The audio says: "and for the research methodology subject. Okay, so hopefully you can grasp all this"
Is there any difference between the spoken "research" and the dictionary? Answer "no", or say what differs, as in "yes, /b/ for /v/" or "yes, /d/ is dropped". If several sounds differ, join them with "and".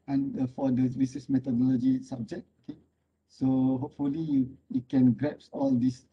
yes, /s/ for /tʃ/